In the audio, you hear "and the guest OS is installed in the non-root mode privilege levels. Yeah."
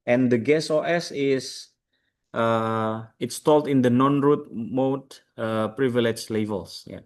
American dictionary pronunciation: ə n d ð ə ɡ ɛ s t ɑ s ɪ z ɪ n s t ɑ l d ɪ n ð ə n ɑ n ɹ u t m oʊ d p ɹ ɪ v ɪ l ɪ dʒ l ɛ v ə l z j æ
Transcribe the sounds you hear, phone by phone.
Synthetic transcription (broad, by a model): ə n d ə ɡ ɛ s ɑ s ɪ s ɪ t s t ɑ l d ɪ n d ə n ɑ n ɹ u t m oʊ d p ɹ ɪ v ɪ l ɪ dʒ l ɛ v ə l s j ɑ